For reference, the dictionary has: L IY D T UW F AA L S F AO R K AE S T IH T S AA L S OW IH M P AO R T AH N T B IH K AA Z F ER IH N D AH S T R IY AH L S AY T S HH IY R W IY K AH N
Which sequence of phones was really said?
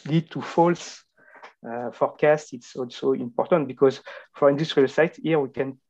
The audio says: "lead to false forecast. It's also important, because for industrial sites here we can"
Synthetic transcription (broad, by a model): L IY D T UW F AA L S F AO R K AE S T IH T S AA L S OW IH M P AO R T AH N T B IH K AA Z F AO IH N D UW S T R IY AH L S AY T HH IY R W IY K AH N